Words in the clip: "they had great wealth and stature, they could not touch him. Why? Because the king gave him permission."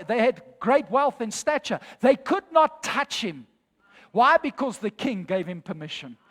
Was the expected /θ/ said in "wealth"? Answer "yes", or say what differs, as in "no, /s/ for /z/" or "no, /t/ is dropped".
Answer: yes